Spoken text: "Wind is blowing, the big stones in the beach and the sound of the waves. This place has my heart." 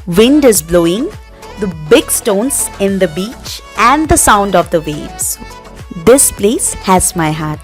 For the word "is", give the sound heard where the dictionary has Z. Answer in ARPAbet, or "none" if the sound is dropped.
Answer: Z